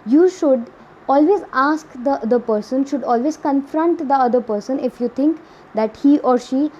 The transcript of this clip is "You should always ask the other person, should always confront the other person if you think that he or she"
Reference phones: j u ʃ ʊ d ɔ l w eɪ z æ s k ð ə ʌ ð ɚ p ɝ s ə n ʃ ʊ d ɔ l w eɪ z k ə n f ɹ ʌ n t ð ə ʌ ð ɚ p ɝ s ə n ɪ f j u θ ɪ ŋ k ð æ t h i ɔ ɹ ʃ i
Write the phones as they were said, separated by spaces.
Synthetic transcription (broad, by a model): j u ʃ ʊ d ɔ l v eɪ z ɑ s k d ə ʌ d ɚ p ɝ s ə n ʃ ʊ d ɔ l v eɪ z k ə n f ɹ ʌ n t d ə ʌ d ɚ p ɝ s ə n ɪ f j u t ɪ ŋ k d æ t h i ɔ ɹ ʃ i